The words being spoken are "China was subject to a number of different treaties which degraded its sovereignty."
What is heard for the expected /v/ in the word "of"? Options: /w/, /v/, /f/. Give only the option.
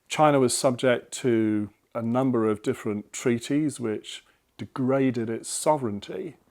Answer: /v/